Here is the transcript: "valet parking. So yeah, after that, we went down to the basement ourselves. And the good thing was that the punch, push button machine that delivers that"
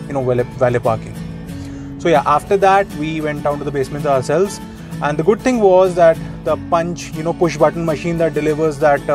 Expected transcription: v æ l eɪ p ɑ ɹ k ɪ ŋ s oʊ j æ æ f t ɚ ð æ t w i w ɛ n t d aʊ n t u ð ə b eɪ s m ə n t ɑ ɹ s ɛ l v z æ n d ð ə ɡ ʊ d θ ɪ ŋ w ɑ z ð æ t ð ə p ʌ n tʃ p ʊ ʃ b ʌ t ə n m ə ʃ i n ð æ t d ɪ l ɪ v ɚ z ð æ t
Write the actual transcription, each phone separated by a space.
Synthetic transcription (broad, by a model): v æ l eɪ p ɑ ɹ k ɪ ŋ s oʊ j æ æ f t ɚ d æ t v i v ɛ n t d aʊ n t u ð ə b eɪ s m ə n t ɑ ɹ s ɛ l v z æ n d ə ɡ ʊ d t ɪ ŋ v ɑ z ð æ t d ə p ʌ n tʃ p ʊ ʃ b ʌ t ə n m ə ʃ i n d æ t d ɪ l ɪ v ɚ z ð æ t